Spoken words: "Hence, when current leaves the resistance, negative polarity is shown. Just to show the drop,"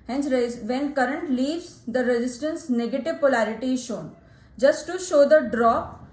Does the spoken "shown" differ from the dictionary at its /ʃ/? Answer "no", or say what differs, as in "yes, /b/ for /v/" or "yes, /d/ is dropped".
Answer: no